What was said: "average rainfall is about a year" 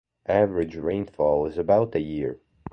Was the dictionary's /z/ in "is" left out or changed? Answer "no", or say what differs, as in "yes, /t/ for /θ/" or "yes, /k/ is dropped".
no